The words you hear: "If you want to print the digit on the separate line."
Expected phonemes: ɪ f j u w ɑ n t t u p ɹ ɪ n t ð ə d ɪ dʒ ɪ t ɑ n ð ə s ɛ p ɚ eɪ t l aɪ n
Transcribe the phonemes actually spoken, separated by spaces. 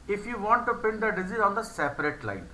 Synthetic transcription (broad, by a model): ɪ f j u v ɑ n t t u p ɪ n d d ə d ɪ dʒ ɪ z ɑ n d ə s ɛ p ɚ eɪ t l aɪ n